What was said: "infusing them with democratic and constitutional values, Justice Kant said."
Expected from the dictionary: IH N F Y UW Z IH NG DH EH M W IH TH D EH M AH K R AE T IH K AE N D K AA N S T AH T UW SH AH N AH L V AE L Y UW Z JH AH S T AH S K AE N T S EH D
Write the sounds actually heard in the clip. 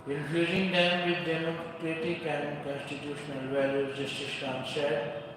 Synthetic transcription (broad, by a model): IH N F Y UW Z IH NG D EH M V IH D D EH M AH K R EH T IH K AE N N K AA N S T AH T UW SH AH N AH L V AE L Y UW JH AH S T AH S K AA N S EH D